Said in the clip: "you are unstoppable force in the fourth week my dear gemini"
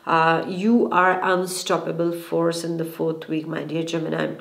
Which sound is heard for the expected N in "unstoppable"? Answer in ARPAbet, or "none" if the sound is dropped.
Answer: N